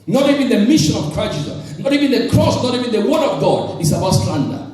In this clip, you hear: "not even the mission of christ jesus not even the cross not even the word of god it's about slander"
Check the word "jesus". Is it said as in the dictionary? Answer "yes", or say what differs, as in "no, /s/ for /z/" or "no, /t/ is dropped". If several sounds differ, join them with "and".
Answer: no, /s/ is dropped